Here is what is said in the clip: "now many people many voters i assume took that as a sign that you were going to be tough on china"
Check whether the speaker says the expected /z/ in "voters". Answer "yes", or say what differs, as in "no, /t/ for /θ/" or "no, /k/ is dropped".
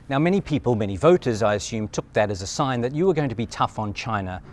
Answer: yes